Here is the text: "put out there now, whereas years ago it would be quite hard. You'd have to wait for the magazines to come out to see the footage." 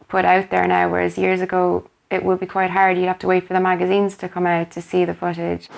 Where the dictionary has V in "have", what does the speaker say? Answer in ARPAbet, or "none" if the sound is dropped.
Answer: F